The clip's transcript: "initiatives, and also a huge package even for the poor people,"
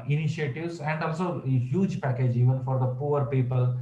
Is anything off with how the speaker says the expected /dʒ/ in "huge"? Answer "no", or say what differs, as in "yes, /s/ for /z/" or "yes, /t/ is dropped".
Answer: no